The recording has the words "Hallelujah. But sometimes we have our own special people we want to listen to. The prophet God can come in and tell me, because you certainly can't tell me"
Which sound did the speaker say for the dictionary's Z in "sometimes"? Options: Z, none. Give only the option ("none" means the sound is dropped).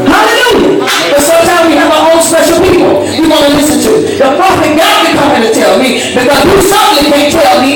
none